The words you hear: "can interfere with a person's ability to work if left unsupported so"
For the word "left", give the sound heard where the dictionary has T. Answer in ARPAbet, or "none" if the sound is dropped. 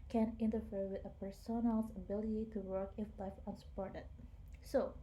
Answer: none